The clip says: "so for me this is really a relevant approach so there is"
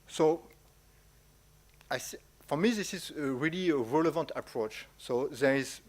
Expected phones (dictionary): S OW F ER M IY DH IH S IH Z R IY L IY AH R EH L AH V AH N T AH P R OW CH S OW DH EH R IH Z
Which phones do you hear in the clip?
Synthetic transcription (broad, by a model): S OW F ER M IY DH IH S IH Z R IY L IY AH R EH L AH V AH N T AH P R OW CH S OW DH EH R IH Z